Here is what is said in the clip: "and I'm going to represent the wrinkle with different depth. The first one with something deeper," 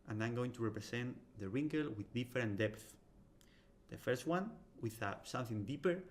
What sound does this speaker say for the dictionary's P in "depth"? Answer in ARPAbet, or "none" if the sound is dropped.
P